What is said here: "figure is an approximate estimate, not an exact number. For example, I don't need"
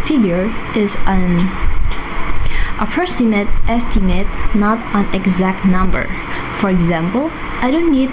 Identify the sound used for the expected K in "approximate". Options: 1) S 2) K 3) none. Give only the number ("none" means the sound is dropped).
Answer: 3